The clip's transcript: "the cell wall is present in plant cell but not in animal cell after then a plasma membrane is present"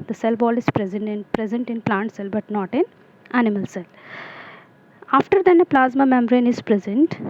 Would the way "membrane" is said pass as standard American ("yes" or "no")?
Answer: no